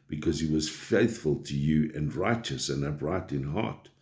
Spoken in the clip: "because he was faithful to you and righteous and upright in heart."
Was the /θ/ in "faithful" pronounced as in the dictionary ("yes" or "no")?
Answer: yes